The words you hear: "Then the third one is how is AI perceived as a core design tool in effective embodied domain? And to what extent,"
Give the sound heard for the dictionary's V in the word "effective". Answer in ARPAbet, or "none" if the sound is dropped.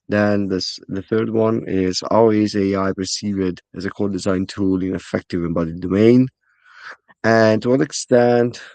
V